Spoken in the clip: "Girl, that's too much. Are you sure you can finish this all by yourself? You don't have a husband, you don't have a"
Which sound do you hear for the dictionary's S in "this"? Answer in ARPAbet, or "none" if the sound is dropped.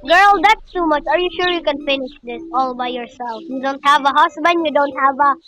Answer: S